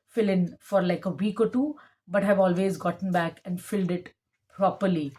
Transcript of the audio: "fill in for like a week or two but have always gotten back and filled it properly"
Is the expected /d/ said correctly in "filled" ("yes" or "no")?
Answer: yes